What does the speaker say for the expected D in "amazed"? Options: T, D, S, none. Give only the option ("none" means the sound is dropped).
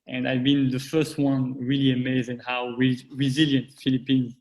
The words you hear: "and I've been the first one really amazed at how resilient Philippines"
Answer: none